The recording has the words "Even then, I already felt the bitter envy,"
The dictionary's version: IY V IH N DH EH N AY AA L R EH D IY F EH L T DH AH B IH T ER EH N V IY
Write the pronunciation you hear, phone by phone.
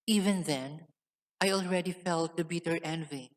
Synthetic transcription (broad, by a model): IY V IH N DH EH N AY AA L R EH D IY F EH L T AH B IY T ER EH N V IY